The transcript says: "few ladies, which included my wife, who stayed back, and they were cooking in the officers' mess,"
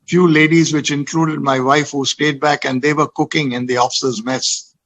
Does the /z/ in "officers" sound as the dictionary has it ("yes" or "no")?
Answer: yes